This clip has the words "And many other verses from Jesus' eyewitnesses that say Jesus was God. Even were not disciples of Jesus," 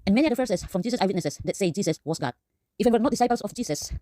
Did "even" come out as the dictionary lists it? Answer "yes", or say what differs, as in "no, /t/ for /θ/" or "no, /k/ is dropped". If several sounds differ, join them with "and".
no, /f/ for /v/